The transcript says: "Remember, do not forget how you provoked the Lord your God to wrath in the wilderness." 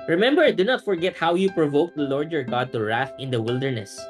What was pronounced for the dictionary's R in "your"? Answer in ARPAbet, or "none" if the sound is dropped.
R